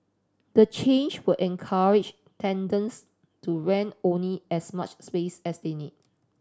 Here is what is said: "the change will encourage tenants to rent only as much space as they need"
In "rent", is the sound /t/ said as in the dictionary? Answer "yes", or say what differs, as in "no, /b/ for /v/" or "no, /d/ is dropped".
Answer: no, /t/ is dropped